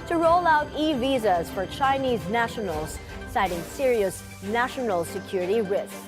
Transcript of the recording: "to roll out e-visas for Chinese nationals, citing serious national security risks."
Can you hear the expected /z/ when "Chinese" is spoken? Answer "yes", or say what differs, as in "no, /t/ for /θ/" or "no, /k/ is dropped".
yes